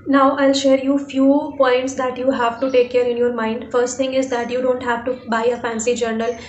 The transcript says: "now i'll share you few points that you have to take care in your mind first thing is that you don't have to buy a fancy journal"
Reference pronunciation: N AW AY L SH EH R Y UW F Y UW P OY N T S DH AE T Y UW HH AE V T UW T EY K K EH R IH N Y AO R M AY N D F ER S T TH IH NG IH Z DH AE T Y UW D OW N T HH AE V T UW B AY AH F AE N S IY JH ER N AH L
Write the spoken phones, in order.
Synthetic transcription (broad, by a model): N AW AY L SH EH R Y UW F Y UW P OY N T S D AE T Y UW HH AE V T UW T EY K K EH R IH N Y AO R M AY N D F ER S T T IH NG IH Z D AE T Y UW D OW N T HH AE V T UW B AY AH F AE N S IY JH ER N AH L